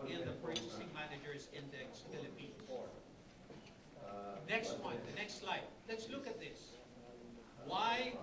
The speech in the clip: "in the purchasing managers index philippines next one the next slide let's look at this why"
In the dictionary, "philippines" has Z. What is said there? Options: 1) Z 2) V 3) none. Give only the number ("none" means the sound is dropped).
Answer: 3